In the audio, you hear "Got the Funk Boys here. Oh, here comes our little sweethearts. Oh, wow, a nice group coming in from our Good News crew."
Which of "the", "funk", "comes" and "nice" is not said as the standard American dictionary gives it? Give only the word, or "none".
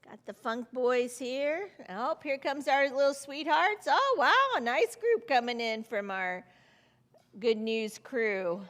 none